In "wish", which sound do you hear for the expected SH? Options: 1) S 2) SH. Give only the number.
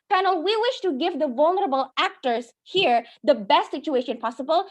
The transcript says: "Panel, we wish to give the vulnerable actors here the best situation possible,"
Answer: 2